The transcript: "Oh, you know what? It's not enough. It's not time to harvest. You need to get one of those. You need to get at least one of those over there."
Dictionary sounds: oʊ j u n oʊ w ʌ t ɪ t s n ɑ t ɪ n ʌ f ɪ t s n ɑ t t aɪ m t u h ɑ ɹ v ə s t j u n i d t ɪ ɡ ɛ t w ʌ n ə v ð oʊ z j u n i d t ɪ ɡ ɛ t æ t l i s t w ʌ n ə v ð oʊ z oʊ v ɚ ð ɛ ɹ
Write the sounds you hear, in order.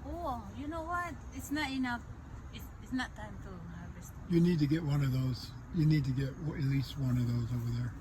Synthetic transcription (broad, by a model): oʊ j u n oʊ w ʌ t ɪ t s n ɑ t ɪ n ʌ f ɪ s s n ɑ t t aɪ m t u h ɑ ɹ ə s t j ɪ n i d t ɪ ɡ ɛ t w ʌ n ə v ð oʊ z j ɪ n i d t ɪ ɡ ɛ t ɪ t l i s t w ʌ n ə v ð oʊ z oʊ v ɚ ð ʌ ɹ